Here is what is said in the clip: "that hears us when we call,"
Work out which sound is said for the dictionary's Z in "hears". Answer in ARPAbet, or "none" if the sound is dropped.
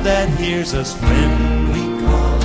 Z